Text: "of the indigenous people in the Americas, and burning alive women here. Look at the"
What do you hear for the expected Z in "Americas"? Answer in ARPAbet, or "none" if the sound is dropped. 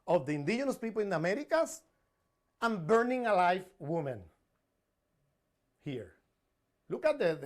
S